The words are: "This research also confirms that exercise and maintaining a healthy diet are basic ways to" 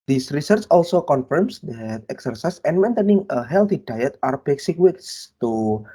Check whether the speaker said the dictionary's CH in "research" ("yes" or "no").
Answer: yes